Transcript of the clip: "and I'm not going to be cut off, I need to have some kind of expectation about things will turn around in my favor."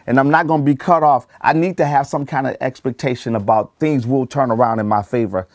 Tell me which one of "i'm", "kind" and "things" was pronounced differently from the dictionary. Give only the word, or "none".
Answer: none